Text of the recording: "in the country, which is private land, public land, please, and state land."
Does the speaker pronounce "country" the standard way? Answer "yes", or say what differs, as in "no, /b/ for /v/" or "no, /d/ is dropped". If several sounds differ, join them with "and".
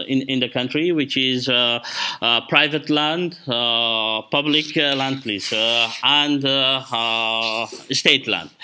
yes